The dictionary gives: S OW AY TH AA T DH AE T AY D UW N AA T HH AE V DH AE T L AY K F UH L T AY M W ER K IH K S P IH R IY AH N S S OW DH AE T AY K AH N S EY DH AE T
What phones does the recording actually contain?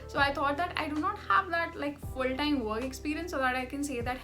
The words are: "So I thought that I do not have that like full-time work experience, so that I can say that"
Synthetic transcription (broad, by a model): S OW AY T AA T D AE T AY D UW N AA T HH AE V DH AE T L AY K F UH L T AY M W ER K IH K S P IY R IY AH N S S OW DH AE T AY K AH N S EY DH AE T